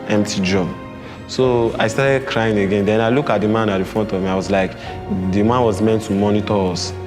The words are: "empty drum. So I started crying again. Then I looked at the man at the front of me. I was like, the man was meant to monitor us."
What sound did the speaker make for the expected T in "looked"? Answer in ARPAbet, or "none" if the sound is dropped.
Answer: none